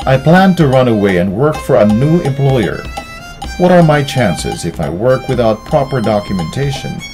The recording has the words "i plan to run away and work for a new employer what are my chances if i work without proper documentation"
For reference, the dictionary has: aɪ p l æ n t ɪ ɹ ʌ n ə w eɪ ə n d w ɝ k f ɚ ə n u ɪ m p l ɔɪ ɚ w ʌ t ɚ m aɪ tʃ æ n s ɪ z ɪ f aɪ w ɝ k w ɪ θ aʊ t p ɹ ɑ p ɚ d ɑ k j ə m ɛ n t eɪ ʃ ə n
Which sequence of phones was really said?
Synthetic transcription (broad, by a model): aɪ p l æ n t ɪ ɹ ʌ n ə w eɪ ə n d w ɝ k f ɚ ə n u ɪ m p l ɔɪ ɚ w ʌ t ɚ m aɪ tʃ æ n s ɪ z ɪ f aɪ w ɝ k w ɪ θ aʊ t p ɹ ɑ p ɚ d ɑ k j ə m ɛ n t eɪ ʃ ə n